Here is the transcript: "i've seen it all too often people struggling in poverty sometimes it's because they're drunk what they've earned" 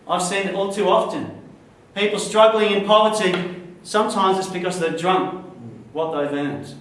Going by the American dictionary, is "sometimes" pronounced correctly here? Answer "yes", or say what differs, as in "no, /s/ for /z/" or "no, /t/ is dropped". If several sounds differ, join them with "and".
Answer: yes